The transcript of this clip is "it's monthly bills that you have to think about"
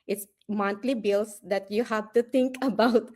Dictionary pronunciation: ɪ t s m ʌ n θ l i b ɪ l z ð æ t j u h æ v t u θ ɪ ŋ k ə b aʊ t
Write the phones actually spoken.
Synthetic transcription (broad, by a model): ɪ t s m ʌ n t l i b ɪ l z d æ t j u h æ v t u t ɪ ŋ k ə b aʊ t